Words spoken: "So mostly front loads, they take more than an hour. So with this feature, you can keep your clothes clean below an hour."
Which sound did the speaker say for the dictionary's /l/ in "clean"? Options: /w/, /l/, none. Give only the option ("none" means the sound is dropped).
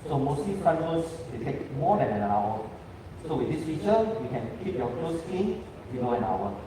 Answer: none